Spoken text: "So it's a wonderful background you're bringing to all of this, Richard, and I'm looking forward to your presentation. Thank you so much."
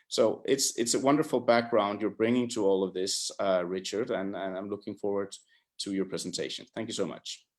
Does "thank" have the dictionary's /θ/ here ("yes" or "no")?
yes